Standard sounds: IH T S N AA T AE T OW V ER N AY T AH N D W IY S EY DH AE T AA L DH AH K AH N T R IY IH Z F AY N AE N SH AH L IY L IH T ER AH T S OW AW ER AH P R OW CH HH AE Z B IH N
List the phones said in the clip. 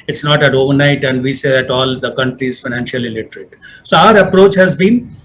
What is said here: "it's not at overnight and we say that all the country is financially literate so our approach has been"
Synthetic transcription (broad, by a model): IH T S N AA T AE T OW V ER N AY T AH N D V IY S EY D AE T AA L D AH K AH N T R IY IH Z F AY N AE N SH AH L IY L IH T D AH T S OW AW ER AH P R OW CH HH AE Z B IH N